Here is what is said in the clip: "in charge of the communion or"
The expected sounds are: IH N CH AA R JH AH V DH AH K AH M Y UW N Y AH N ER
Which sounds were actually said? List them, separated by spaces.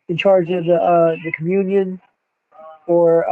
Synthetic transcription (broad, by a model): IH N CH AA R JH AH V DH AH K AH M Y UW N Y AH N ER